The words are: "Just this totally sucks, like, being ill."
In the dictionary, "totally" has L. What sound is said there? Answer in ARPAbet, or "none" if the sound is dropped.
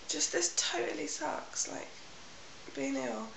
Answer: L